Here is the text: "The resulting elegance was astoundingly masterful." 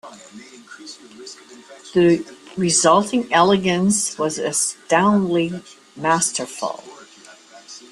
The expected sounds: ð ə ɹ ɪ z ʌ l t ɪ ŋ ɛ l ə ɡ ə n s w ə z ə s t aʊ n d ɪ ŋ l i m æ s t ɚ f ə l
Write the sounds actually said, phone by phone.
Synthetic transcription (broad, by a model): ð ə ɹ ɪ z ʌ l t ɪ ŋ ɛ l ə ɡ ə n s w ə z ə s t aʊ n d l i m æ s t ɚ f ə l